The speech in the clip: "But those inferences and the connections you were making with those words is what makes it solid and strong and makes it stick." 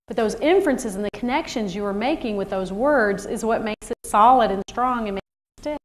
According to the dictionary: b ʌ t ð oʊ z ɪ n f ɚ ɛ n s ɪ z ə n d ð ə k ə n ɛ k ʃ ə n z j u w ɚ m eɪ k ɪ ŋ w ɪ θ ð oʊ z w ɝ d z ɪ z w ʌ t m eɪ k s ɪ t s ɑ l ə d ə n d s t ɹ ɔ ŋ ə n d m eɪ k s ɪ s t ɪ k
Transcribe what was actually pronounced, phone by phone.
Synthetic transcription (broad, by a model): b ʌ t ð oʊ z ɪ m f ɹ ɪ n s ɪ z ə n ð ə k ə n ɛ k ʃ ə n z j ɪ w ɚ m eɪ k ɪ ŋ w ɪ ð oʊ z w ɝ d z ɪ z w ʌ t m eɪ k s ɪ t s ɑ l ə d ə n s t ɹ ɔ ŋ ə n m eɪ k s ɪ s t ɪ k